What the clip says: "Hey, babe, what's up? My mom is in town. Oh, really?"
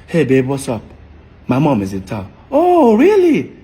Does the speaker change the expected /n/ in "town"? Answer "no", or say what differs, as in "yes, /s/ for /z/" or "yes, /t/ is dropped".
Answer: yes, /n/ is dropped